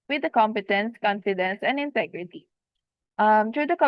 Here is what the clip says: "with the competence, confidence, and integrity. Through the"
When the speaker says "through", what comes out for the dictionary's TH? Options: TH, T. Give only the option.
T